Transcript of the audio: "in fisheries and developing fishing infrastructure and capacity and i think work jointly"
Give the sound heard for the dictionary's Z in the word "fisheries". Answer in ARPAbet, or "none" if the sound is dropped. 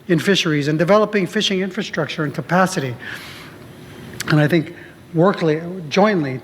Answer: Z